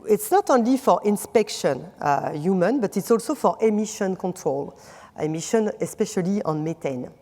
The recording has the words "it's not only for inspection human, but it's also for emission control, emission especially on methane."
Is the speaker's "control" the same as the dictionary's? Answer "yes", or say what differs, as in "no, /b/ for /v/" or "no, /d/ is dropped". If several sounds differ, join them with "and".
yes